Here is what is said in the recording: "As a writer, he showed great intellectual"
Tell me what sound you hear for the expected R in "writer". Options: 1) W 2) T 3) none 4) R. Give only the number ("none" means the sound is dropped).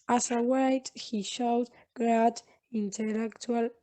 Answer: 1